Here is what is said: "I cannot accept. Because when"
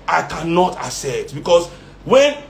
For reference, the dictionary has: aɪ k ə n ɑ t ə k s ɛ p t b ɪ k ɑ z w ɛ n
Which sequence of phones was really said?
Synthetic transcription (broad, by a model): aɪ k ə n ɑ t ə s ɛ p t b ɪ k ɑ s w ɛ n